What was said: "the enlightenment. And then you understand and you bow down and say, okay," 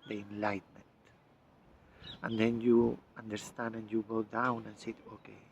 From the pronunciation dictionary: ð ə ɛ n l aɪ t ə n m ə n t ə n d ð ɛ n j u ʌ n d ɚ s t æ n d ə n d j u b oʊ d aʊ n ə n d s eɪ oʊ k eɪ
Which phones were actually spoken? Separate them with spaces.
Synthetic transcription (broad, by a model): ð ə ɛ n l aɪ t m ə n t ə n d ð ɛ n j u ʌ n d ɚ s t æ n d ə n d j u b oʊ d aʊ n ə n s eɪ oʊ k eɪ